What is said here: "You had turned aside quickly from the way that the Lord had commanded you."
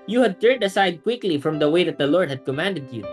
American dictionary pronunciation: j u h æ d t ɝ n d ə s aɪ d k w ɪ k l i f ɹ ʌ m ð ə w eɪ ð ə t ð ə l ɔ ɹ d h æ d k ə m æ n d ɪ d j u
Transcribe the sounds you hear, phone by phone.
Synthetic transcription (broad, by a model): j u h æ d t ɝ n d ə s aɪ d k w ɪ k l i f ɹ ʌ m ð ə w eɪ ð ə t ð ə l ɔ ɹ d h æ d k ə m æ n d ɪ d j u